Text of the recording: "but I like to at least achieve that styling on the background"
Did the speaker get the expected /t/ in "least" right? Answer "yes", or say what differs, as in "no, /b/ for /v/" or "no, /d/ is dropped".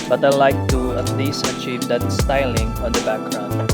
no, /t/ is dropped